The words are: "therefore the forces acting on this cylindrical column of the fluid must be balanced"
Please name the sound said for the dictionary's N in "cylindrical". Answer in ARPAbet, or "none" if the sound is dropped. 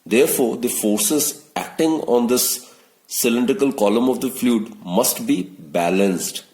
N